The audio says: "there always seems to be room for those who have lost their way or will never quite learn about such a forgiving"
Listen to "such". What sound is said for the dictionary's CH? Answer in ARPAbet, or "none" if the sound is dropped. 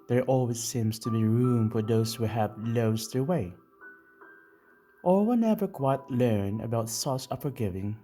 S